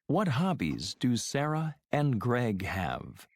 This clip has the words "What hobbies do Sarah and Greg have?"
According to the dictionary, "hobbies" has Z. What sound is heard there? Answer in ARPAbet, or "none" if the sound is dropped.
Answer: Z